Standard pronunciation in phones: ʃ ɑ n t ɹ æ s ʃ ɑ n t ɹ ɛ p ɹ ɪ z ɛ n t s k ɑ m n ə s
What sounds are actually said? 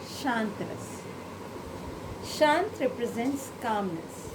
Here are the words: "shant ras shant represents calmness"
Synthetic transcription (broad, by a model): ʃ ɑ n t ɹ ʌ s ʃ ɑ n t ɹ ɛ p ɹ ɪ z ɛ n t s k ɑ m n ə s